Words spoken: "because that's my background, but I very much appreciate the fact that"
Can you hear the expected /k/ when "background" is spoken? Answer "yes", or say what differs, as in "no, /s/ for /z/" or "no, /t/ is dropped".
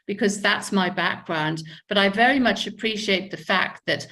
yes